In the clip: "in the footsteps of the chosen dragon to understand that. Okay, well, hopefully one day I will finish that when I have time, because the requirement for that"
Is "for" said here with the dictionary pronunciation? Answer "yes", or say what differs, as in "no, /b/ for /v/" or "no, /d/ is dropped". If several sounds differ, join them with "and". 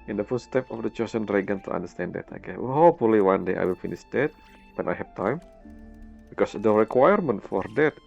yes